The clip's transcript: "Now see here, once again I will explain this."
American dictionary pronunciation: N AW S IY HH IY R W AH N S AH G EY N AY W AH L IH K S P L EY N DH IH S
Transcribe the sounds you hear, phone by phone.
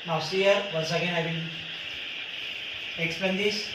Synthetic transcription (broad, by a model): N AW S IY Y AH R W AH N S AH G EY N AY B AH N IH K S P EY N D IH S